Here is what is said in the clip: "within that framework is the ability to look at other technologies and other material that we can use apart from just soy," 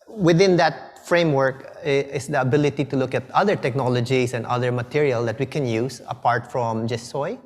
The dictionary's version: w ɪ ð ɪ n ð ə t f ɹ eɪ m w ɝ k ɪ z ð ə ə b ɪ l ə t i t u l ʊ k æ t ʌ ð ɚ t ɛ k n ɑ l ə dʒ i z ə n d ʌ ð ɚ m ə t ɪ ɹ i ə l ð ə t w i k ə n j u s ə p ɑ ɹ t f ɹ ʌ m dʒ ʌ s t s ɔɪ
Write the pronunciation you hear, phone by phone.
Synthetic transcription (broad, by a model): w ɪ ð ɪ n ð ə t f ɹ eɪ m w ɝ k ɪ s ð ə ə b ɪ l ə t i t u l ʊ k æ t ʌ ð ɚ t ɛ k n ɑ l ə dʒ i s ə n d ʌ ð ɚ m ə t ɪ ɹ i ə l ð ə t w i k ə n j u s ə p ɑ ɹ t f ɹ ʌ m dʒ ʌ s s ɔɪ